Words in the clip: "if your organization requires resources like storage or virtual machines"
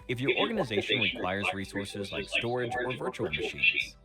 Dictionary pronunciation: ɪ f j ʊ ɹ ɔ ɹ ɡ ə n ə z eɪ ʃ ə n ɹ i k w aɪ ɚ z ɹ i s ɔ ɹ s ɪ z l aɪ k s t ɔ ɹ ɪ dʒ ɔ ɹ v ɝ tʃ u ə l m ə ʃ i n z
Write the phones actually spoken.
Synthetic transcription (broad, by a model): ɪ f j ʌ ɹ ɔ ɹ ɡ ə n ə z eɪ ʃ ə n w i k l aɪ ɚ z ɹ i s ɔ ɹ s ɪ z l aɪ k s t ɔ ɹ ɪ dʒ ɔ ɹ v ɝ tʃ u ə l m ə ʃ i n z